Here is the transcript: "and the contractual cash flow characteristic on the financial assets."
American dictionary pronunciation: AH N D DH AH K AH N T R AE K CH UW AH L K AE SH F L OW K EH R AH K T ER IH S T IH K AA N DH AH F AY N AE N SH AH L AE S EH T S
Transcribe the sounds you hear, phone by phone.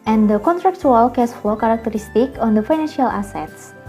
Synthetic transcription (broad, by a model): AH N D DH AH K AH N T R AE K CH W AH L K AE S F L OW K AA R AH K T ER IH S T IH K AA N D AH F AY N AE N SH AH L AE S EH T S